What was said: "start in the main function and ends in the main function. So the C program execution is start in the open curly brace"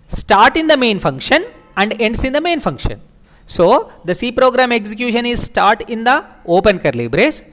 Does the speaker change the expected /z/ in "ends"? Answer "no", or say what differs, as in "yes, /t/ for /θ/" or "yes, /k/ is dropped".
yes, /s/ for /z/